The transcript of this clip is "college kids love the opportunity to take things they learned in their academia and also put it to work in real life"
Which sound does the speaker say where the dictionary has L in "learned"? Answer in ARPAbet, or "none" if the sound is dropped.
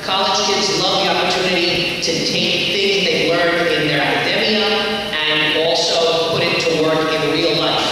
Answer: W